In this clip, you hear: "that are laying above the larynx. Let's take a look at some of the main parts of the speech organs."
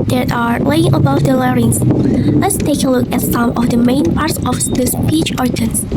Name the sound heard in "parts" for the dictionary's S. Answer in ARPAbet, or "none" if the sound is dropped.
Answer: S